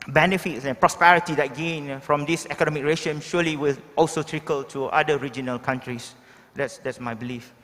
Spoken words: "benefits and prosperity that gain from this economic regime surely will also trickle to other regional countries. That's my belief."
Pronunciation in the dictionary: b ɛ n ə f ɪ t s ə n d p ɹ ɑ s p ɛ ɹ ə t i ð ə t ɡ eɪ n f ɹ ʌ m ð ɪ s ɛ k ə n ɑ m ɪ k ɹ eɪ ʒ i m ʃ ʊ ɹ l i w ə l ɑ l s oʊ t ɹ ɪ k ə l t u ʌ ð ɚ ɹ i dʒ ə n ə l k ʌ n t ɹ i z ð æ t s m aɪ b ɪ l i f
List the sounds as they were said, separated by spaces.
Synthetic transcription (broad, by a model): b ɛ n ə f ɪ t s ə n p ɹ ɑ s p ɛ ɹ ə t i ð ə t ɡ eɪ n f ɹ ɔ m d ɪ s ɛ k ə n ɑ m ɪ k ɹ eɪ ʃ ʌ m ʃ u l i w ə l ɑ l s oʊ t ɹ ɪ k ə l t u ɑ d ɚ ɹ i dʒ ə n ə l k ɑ n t ɹ i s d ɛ t s m aɪ b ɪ l i f